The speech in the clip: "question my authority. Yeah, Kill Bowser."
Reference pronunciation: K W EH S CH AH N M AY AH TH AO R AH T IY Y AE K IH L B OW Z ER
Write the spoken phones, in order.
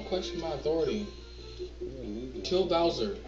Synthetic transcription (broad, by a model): K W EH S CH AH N M AY AH TH AO R AH T IY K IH L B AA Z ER